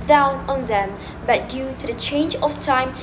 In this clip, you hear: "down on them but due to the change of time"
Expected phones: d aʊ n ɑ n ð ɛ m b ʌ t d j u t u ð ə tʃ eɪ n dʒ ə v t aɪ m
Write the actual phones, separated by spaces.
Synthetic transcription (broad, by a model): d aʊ n ɑ n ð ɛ m b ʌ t d j u t u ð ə tʃ eɪ n dʒ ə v t aɪ m